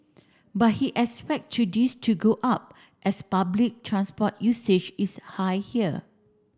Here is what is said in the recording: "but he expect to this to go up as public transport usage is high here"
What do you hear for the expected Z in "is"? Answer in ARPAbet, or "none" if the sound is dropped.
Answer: S